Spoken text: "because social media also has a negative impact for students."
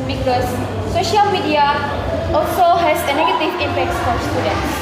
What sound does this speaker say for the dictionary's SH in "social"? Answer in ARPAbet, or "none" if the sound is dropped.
SH